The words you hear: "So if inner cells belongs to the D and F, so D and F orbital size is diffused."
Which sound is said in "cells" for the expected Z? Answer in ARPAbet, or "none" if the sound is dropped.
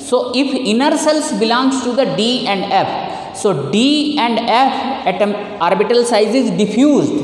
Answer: S